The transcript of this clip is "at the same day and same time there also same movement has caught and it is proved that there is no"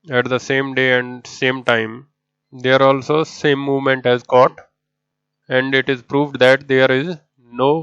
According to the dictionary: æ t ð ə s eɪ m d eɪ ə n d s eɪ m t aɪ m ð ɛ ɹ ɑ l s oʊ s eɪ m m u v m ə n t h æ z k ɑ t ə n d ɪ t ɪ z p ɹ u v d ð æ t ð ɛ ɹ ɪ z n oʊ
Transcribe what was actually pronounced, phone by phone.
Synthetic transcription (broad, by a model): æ t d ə s eɪ m d eɪ ə n d s eɪ m t aɪ m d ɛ ɹ ɑ l s oʊ s eɪ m m u v m ə n t h æ z k ɑ t ə n d ɪ t ɪ z p ɹ u v d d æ t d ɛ ɹ ɪ z n oʊ